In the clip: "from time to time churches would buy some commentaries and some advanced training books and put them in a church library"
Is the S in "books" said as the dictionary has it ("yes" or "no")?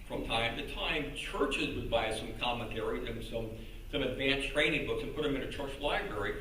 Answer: yes